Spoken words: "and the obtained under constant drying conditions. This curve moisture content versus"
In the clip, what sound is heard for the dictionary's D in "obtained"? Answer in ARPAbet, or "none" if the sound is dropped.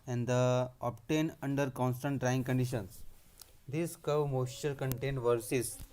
none